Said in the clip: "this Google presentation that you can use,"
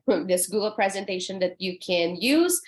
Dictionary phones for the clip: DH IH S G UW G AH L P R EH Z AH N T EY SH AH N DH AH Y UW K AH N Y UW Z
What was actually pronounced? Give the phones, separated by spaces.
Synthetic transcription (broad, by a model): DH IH S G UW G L P R EH Z AH N T EY SH AH N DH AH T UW K AH N Y UW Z